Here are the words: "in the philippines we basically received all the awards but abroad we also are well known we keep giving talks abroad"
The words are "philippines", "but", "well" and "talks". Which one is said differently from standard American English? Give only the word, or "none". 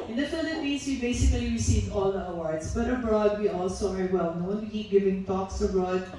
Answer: philippines